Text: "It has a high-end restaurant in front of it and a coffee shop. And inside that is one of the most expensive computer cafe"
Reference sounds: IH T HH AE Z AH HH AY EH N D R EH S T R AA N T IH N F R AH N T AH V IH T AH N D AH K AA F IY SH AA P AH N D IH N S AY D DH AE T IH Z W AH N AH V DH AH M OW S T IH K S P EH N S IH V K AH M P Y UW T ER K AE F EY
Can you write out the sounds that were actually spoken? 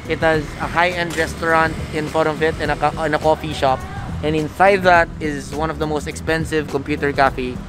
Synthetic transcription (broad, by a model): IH T HH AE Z AH HH AY EH N D R EH S T R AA N T IH N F AO T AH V IH T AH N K AH K AA F IY SH AA P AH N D IH N S AY D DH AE T IH Z W AH N AH V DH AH M OW S T IH K S P EH N S IH V K AH M P Y UW T ER K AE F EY